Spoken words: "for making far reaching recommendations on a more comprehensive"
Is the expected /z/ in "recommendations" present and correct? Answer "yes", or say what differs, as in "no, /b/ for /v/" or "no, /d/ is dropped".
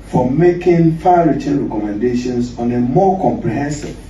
no, /s/ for /z/